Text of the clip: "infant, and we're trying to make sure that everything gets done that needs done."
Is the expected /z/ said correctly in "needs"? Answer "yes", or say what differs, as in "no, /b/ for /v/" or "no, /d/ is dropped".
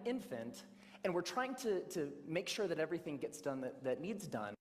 yes